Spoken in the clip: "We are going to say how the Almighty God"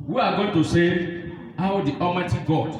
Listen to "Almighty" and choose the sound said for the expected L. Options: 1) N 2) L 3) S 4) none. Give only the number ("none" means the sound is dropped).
4